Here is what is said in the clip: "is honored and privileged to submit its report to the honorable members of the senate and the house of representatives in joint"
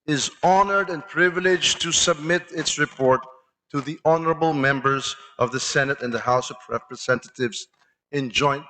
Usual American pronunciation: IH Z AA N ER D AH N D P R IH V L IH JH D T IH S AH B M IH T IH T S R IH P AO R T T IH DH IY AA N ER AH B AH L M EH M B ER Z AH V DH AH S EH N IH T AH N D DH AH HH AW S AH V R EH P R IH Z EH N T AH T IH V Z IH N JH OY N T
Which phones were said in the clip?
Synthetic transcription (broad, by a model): IH Z AA N ER D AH N P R IH V L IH JH T IH S AH B M IH T IH T S R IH P AO R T T IH DH IY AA N ER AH B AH L M EH M B ER Z AH V DH AH S EH N IH T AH N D DH AH HH AW S AH V R EH P R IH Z EH N T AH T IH V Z IH N JH OY N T